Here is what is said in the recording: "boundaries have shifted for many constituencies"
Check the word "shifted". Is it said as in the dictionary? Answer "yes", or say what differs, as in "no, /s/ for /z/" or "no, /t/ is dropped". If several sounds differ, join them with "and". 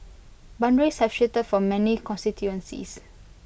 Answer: no, /f/ is dropped